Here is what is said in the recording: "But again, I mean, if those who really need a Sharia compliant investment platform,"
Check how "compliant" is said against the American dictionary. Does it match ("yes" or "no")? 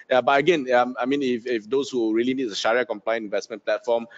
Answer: no